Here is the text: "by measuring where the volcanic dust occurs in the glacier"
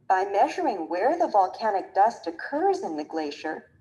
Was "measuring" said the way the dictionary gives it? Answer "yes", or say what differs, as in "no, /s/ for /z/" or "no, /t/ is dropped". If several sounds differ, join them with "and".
yes